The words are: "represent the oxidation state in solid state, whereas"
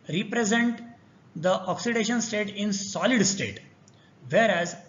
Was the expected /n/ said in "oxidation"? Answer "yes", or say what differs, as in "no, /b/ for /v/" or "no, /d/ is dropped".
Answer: yes